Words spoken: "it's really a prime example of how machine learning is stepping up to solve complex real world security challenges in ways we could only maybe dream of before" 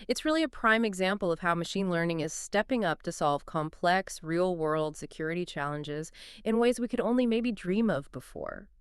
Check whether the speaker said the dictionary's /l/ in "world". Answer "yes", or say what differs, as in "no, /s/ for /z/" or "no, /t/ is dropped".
yes